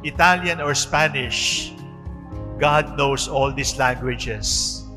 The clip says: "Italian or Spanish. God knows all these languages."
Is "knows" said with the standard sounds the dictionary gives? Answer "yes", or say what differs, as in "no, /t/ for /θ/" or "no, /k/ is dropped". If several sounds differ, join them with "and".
no, /s/ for /z/